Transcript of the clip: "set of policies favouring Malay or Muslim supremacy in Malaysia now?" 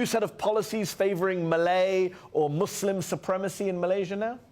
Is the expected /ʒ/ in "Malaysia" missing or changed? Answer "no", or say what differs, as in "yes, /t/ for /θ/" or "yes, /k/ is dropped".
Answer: no